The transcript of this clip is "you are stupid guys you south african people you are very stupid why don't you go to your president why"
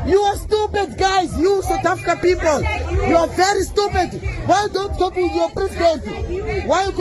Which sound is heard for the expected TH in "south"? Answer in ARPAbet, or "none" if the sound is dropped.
T